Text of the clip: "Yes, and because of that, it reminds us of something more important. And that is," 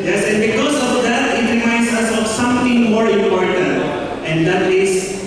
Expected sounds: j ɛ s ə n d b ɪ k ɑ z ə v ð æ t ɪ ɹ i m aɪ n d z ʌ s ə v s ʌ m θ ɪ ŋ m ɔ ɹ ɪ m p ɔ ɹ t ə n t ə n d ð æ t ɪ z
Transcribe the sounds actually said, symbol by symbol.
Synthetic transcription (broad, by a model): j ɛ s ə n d b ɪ k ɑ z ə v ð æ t ɪ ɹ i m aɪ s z ʌ s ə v s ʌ m t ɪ ŋ m ɔ ɹ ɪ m p ɔ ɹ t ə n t ə n d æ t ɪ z